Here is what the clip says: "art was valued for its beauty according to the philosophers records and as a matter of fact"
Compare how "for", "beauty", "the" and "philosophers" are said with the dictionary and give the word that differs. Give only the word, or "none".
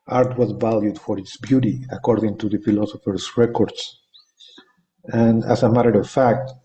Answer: philosophers